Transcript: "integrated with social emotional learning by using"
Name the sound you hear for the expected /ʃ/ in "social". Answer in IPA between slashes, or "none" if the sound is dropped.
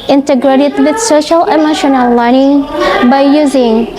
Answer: /ʃ/